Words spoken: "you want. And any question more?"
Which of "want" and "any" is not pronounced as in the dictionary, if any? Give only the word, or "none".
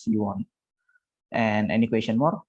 none